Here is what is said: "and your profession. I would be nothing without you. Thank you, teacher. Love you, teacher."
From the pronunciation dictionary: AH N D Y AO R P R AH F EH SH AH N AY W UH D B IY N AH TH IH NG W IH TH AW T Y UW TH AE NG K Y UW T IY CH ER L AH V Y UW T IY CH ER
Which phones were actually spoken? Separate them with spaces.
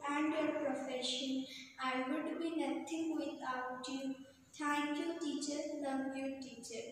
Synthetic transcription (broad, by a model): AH N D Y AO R P R AH F EH SH AH N AY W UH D B IY N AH T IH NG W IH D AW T Y UW T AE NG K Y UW T IY CH ER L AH P Y UW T IY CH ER